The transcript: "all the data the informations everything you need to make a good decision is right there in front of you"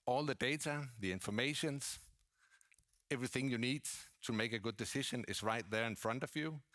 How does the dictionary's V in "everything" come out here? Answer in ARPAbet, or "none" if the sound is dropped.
V